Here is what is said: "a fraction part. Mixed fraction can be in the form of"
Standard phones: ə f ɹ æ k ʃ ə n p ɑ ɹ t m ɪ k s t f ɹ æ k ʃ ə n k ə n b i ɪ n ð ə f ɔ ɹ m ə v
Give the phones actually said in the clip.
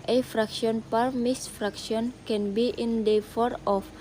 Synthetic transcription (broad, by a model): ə f ɹ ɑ k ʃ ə n p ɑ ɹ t m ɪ s f ɹ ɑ k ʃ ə n k ə n b i ɪ n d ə f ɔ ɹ ə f